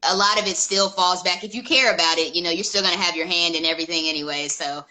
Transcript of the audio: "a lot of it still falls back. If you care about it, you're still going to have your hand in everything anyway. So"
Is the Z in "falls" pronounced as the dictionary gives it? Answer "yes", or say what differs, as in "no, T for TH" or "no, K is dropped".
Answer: yes